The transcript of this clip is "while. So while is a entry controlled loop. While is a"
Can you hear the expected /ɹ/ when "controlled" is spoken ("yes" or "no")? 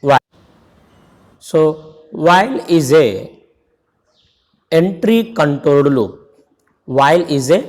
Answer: no